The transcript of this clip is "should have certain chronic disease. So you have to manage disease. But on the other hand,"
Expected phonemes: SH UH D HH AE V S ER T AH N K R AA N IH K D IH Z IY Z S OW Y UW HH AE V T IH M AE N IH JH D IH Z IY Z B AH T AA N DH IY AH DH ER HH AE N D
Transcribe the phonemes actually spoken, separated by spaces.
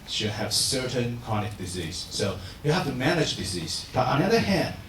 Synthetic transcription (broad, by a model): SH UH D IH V S ER T AH N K AA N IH K D IH Z IY Z S OW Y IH HH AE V T IH M AE N IH JH D IH Z IY Z B AH T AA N DH IY AH DH ER HH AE N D